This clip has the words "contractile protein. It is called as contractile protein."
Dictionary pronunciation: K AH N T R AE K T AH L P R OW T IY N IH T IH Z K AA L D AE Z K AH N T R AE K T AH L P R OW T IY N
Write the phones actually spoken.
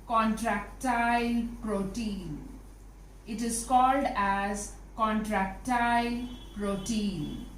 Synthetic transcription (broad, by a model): K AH N T R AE K T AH L P R OW T IY N IH T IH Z K AA L D AE Z K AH N T R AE K T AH L P R OW T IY N